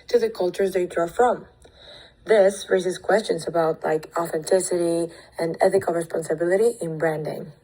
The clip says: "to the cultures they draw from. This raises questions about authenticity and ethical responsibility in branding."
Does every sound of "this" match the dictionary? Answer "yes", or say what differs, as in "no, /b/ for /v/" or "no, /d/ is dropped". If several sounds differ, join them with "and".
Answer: yes